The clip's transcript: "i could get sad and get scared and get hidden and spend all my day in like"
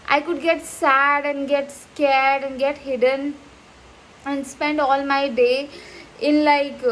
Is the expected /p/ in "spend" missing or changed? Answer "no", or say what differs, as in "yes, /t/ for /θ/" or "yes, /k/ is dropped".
no